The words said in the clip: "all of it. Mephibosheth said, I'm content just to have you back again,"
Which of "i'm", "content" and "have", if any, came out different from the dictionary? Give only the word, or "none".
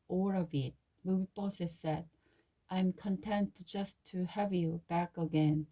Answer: none